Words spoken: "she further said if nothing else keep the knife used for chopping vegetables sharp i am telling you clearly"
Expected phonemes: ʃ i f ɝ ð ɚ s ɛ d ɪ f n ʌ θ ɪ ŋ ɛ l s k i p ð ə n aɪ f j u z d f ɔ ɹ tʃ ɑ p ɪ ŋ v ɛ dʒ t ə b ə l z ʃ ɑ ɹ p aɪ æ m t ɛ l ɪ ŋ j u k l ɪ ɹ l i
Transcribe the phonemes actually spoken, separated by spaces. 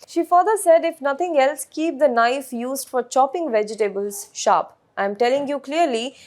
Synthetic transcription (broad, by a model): ʃ i f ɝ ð ɚ s ɛ d ɪ f n ʌ t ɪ ŋ ɛ l s k i p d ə n aɪ f j u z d f ɔ ɹ tʃ ɑ p ɪ ŋ v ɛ dʒ t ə b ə l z ʃ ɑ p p aɪ m t ɛ l ɪ ŋ j u k l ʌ ɹ l i